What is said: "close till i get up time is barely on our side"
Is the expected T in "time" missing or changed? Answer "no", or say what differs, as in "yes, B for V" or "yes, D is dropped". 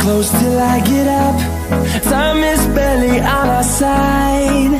yes, S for T